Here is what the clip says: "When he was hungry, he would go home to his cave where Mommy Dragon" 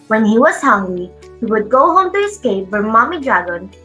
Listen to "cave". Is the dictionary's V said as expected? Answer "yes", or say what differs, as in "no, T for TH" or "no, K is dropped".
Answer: no, P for V